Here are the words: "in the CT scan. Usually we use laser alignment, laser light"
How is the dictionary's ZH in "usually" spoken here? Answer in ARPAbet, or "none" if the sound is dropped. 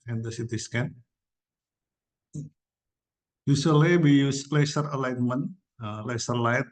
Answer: S